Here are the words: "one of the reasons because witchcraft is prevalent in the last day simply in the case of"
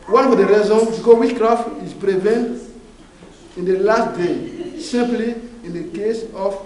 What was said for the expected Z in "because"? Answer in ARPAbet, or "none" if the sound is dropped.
none